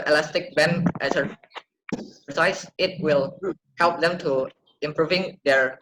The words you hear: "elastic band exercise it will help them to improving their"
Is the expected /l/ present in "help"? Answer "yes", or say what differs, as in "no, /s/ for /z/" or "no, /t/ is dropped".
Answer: yes